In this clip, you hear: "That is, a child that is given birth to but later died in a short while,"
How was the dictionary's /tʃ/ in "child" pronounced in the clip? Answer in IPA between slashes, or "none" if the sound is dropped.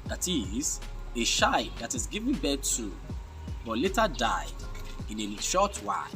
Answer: /ʃ/